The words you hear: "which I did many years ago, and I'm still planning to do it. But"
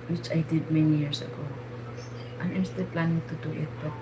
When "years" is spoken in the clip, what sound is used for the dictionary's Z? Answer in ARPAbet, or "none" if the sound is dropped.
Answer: S